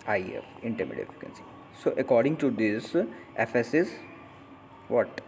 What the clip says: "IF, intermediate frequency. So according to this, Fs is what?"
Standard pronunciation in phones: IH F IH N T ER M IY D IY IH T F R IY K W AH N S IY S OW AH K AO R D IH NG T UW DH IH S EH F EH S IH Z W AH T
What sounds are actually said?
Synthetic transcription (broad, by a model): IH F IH N T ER M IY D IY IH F IY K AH N S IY S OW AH K AO R D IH NG T UW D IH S EH F EH S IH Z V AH T